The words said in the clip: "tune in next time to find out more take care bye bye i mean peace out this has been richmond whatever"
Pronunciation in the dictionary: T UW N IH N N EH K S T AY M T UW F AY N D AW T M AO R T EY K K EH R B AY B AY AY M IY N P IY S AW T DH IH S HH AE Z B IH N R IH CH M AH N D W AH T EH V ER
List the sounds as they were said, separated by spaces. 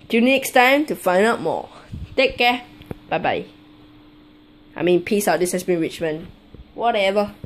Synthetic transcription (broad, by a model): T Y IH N N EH K S T AY M T UW F AY N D AW T M AO T EY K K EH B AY B AY AY M IY N P IY S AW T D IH S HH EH S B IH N R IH CH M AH N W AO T EH V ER